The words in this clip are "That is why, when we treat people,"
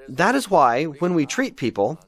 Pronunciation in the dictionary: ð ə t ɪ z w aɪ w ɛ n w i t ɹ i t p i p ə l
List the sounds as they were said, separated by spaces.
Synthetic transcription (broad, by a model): ð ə t ɪ z w aɪ w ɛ n w i t ɹ i t p i p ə l